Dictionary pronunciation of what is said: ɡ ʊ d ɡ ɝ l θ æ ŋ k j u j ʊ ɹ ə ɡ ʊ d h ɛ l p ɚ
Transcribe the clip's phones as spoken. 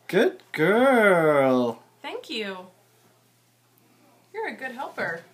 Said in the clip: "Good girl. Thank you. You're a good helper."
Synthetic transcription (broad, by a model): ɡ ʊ d ɡ ɝ l θ æ ŋ k j u j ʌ ɹ ə ɡ ʊ d h ɛ l p ɚ